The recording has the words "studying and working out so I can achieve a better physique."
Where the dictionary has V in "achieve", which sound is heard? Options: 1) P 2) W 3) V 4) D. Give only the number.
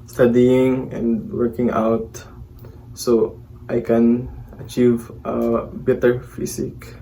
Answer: 3